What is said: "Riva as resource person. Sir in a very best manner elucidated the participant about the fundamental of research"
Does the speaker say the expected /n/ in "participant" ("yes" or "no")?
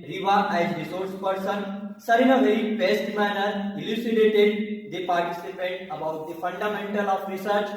no